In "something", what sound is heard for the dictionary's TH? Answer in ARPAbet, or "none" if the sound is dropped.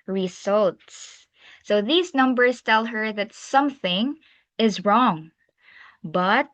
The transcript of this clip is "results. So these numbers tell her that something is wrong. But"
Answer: TH